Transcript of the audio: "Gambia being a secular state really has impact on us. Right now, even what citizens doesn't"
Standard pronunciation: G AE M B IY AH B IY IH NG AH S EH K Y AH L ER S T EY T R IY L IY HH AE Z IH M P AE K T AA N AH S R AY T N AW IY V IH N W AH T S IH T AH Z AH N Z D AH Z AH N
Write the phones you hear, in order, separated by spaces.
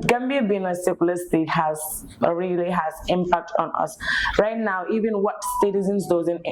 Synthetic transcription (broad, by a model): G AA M B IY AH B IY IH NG AH S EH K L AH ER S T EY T R IY L IY HH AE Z IH M P AE K T AA N AH S R AY T N AW IY V IH N W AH T S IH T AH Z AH N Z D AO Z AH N